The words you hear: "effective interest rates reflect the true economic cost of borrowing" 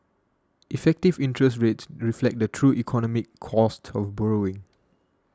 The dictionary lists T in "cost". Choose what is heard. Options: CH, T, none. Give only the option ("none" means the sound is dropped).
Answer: T